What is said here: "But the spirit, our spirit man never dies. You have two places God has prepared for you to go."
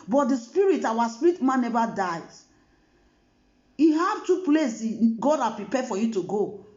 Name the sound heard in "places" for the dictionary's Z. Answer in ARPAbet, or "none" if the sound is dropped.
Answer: none